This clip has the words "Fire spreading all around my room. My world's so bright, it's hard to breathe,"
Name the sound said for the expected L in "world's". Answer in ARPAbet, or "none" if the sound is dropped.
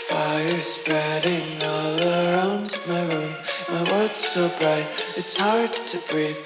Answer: none